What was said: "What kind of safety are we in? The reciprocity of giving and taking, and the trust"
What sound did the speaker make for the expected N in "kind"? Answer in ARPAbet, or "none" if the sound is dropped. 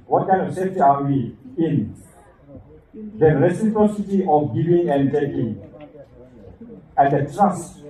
none